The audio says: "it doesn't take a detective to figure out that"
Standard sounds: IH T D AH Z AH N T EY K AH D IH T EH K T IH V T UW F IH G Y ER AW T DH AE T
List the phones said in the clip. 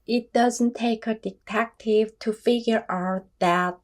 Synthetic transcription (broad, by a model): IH T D AH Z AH N T EY K AH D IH T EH K T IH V T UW F IH G Y ER AW T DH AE T